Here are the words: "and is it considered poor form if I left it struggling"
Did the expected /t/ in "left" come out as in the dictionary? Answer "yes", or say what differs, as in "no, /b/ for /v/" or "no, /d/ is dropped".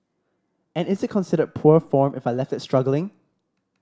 yes